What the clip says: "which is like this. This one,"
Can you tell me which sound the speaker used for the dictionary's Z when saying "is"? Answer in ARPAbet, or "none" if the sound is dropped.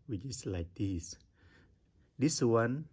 S